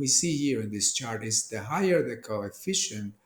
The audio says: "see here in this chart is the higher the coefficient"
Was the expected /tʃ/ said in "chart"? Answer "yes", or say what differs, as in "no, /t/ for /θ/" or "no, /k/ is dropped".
yes